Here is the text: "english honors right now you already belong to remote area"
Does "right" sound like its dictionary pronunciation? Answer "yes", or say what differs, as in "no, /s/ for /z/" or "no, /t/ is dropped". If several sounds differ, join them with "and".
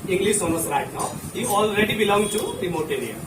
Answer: yes